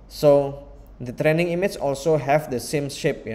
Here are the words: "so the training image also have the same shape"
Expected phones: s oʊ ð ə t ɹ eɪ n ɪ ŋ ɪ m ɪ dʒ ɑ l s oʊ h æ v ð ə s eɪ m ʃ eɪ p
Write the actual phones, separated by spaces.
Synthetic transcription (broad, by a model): s oʊ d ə t ɹ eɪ n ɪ ŋ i m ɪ tʃ ɑ l s oʊ h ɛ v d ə s eɪ m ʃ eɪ p